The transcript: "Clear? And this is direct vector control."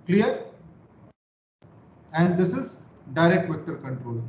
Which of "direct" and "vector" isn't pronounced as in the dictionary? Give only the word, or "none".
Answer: none